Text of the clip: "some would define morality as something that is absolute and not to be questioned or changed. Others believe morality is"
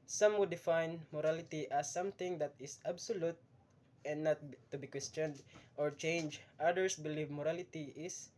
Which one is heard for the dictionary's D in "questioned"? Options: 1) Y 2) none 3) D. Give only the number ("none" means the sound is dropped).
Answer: 3